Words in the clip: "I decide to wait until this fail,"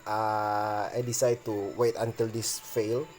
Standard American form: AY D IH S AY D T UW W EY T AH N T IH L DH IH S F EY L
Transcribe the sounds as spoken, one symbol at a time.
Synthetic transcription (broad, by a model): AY D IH S AY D T UW W EY T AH N T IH L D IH S F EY L